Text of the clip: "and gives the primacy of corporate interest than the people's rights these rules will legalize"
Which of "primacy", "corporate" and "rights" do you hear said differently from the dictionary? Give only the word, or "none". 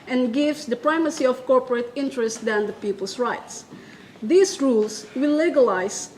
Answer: none